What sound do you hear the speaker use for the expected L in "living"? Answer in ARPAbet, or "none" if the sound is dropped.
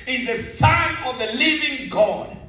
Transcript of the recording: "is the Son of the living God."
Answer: L